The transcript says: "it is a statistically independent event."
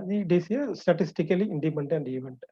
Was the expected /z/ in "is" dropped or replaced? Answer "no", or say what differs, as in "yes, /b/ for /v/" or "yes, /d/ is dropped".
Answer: yes, /s/ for /z/